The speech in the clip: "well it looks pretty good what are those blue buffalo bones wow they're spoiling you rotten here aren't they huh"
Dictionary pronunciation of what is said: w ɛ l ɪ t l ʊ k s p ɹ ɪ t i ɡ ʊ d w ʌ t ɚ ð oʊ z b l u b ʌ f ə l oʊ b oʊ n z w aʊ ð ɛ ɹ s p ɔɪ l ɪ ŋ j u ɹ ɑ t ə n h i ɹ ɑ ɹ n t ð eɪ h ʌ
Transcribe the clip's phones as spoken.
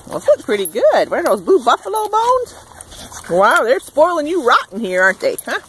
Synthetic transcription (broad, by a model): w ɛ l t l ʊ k p ɹ ɪ t i ɡ ʊ d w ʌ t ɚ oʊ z b u b ʌ f ə l oʊ b oʊ n z w aʊ ð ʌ ɹ s p ɔɪ l ɪ ŋ j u ɹ ɑ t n h i ɹ ɑ ɹ n t ð eɪ h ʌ